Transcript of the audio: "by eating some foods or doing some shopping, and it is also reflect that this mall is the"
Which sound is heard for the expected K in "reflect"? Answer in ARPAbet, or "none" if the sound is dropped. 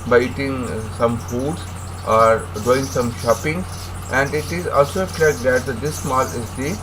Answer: none